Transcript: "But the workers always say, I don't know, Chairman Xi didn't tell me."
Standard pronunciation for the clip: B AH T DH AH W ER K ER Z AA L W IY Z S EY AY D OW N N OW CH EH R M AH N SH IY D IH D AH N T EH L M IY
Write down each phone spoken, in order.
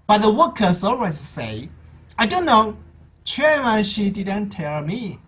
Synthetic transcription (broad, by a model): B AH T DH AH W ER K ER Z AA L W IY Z S EY AY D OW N N OW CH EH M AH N SH IY D IH D AH N T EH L M IY